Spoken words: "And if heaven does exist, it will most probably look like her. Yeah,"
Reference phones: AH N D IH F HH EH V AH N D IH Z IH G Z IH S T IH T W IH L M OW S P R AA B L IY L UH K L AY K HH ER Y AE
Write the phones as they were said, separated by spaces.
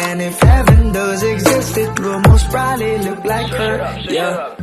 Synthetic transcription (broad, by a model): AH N IH F HH EH V AH N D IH Z IH G Z IH S T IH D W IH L M OW S B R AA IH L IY L UH K L AY K HH ER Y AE